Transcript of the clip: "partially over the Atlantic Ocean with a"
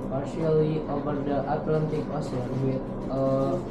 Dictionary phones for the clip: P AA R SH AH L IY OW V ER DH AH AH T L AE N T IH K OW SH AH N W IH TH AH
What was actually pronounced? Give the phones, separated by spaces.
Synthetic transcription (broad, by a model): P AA R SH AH L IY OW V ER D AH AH T L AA N T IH K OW S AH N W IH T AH